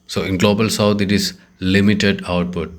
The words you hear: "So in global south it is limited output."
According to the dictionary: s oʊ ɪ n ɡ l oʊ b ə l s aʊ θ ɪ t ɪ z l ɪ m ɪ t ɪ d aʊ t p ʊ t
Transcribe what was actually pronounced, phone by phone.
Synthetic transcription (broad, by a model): s oʊ ɪ n ɡ l oʊ b ə l s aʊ t ɪ t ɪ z l ɪ m ɪ t ɪ d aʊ t p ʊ t